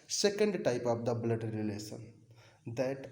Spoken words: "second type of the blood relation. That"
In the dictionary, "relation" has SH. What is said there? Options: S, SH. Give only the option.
S